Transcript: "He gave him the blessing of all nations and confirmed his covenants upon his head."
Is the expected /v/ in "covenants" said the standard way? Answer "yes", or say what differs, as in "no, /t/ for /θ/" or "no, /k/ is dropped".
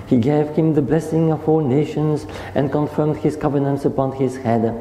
yes